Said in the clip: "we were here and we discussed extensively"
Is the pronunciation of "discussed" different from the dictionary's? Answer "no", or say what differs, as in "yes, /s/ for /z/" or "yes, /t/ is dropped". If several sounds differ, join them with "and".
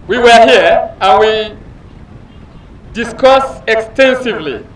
yes, /t/ is dropped